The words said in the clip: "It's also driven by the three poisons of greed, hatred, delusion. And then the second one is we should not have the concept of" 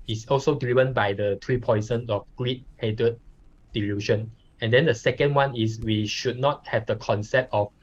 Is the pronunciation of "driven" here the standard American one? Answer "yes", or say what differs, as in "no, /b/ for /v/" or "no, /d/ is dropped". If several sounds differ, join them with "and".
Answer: no, /l/ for /ɹ/